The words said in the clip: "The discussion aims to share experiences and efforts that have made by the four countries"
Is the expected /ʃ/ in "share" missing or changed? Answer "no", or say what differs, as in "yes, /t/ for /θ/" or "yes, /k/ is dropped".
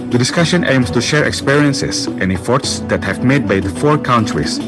no